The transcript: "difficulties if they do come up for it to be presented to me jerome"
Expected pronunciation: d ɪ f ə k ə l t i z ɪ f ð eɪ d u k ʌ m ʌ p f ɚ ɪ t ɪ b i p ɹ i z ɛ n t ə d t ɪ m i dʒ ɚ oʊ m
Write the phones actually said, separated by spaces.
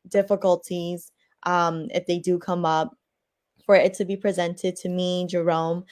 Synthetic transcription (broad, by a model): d ɪ f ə k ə l t i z ɪ f ð eɪ d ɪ k ʌ m ʌ p f ɚ ɪ t ɪ b i p ɹ i z ɛ n t ə d t ɪ m i dʒ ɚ oʊ m